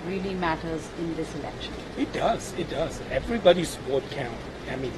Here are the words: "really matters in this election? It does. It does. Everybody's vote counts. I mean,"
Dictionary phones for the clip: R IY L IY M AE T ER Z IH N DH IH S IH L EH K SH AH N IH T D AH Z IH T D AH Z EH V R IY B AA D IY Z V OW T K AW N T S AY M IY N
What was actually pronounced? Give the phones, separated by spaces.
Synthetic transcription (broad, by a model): R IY L IY M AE T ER Z IH N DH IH S IH L EH K SH AH N IH T D AH Z IH T D AH Z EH V R IY B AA D IY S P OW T K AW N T AY M IY N